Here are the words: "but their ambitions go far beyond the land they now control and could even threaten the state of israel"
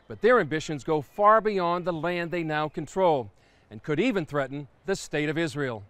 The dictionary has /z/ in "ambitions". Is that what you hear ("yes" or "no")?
yes